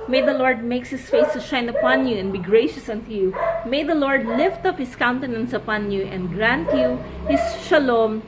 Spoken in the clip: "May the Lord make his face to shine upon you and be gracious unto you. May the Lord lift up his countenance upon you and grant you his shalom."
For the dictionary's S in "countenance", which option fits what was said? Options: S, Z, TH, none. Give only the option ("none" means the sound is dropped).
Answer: S